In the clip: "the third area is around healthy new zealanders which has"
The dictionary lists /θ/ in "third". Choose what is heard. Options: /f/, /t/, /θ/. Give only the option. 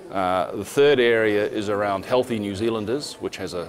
/θ/